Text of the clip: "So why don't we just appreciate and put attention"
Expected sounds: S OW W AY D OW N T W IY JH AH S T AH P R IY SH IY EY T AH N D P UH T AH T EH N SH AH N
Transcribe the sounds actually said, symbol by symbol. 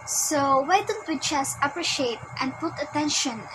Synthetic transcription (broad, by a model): S OW W AY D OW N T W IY CH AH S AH P R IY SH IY EY T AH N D P UH T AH T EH N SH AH N